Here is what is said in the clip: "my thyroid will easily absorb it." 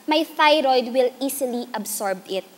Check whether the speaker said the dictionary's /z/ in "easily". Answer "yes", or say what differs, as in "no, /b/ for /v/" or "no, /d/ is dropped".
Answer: no, /s/ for /z/